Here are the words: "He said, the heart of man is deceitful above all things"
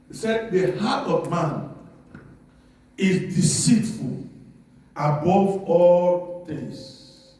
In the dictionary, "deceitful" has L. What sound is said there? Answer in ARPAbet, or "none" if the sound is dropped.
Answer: L